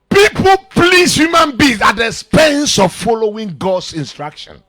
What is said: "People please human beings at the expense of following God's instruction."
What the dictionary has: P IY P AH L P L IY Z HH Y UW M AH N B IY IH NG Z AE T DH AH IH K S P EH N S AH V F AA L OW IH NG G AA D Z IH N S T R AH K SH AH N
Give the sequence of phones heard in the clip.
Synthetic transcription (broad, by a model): P IY P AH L P L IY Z HH Y UW M AH N B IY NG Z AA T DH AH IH S P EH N S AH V F AA L OW IH NG G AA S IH N S T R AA K SH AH N